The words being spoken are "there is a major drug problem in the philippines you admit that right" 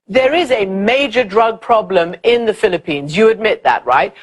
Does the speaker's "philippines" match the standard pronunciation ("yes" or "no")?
yes